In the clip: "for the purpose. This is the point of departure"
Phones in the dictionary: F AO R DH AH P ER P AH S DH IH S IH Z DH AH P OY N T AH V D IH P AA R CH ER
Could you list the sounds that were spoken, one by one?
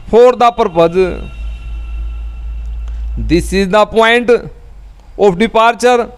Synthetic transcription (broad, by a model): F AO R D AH P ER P AH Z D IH S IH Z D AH P OY N T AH P D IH P AA R CH ER